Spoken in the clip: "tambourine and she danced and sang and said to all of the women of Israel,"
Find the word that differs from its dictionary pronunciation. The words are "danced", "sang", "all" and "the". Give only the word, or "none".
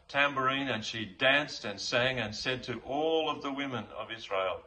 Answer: none